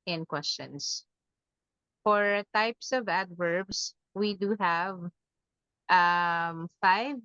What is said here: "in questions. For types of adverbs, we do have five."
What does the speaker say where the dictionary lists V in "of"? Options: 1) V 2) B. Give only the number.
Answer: 1